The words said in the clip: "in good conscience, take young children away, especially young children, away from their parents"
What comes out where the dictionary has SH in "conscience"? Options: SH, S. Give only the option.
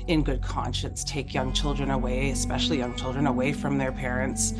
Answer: SH